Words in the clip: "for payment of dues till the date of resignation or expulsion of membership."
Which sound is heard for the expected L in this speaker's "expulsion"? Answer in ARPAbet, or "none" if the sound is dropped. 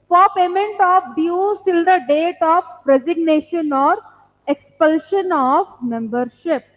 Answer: L